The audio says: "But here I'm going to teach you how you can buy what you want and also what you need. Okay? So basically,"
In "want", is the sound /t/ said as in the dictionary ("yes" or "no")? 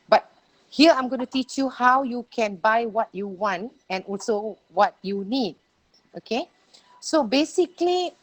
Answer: yes